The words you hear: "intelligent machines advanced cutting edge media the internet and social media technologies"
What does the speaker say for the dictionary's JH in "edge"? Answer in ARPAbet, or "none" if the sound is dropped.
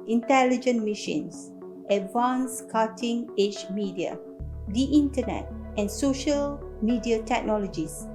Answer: CH